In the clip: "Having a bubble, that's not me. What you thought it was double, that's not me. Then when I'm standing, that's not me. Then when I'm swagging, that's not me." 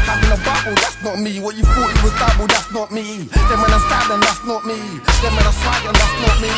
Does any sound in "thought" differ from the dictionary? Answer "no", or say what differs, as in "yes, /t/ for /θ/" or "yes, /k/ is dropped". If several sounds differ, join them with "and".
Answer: yes, /f/ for /θ/